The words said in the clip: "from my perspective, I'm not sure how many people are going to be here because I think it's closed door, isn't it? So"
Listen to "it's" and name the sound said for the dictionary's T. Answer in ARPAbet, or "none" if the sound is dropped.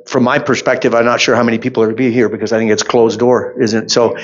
T